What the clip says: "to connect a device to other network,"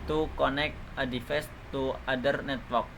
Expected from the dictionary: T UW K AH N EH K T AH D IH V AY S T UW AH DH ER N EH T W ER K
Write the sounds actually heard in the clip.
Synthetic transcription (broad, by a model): T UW K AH N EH K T AH D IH F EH S T UW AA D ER N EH T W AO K